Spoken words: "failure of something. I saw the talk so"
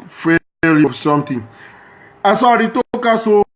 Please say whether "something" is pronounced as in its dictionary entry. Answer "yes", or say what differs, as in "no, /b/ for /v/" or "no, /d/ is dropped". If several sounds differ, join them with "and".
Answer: no, /t/ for /θ/